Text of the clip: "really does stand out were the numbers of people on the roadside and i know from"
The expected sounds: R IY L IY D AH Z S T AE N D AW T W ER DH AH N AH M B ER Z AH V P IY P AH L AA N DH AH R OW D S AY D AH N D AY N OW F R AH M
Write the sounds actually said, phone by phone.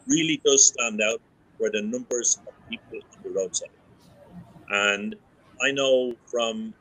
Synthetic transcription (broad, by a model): R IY L IY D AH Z S T AE N D AW T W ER DH AH N AH M B ER Z AH V P IY P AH L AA N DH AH R OW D S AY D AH N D AY N OW F R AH M